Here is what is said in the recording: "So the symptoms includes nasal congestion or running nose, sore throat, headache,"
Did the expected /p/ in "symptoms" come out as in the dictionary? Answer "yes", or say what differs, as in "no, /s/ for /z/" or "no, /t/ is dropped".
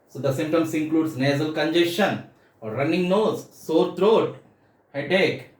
no, /p/ is dropped